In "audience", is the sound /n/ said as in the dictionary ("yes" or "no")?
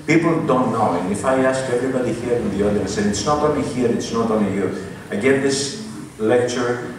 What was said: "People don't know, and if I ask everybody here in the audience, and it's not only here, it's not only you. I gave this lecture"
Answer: no